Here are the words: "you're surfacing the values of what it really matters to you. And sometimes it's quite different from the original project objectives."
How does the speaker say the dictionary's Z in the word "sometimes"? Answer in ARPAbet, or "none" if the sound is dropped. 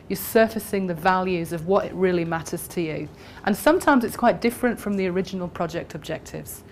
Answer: Z